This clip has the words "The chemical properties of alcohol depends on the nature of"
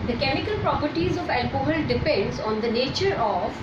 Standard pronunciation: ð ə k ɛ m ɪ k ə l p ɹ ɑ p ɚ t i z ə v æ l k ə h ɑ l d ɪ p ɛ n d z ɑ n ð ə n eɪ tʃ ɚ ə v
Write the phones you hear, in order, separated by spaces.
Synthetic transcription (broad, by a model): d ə k ɛ m ɪ k ə l p ɹ ɑ p ɚ t i z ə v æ l k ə h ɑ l d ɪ p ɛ n d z ɑ n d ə n eɪ tʃ ɚ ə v